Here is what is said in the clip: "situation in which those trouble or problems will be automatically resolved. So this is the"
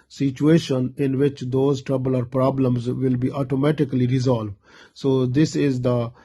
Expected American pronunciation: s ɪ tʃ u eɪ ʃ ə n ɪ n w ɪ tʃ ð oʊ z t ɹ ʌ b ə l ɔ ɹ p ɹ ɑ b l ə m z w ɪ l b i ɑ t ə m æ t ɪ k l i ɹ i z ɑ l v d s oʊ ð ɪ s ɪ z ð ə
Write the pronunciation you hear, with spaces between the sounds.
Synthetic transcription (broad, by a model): s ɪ tʃ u eɪ ʃ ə n ɪ n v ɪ tʃ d oʊ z t ɹ ʌ b ə l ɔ ɹ p ɹ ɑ b l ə m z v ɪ l b i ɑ t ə m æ t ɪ k l i ɹ i z ɑ l v d s oʊ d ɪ s ɪ z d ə